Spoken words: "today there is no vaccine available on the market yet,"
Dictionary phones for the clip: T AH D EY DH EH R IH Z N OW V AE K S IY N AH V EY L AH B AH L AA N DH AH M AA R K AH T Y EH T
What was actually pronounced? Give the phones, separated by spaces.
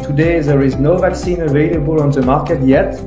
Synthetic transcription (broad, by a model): T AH D EY DH EH R IH Z N OW V AE K S IY N AH V EY L AH B AH L AA N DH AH M AA R K AH T Y EH T